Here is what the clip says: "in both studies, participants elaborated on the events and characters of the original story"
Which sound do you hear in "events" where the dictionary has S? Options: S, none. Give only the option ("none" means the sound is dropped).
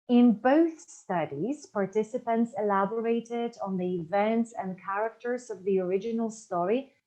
S